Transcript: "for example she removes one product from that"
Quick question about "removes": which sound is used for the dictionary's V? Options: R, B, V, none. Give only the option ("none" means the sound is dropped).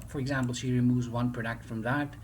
V